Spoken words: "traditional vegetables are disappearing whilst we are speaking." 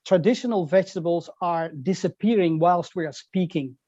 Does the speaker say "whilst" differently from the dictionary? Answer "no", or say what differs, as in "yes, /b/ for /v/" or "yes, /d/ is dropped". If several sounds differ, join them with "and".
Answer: no